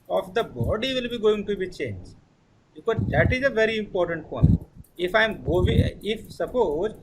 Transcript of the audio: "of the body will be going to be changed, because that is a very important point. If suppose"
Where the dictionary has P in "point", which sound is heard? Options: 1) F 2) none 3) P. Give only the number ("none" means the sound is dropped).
1